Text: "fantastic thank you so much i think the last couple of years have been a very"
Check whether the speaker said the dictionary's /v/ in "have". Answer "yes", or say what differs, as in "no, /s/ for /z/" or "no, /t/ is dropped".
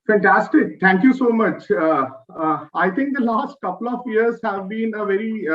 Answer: yes